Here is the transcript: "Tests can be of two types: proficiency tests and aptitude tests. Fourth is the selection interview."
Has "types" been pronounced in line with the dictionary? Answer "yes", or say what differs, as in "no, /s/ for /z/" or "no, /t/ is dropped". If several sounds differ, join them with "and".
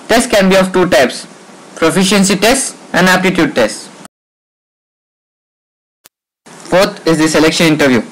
yes